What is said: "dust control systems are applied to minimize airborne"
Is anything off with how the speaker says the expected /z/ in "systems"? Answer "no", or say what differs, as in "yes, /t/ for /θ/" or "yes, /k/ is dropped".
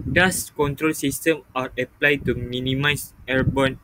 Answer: yes, /z/ is dropped